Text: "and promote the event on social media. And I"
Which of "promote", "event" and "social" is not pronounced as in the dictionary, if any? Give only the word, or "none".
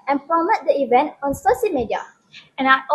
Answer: social